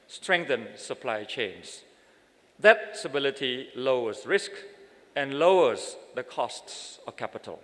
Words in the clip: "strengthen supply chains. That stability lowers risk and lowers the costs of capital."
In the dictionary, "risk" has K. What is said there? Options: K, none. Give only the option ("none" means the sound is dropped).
K